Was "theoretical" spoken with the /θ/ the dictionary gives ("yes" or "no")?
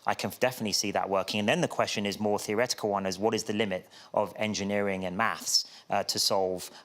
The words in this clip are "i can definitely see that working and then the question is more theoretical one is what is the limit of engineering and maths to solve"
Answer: yes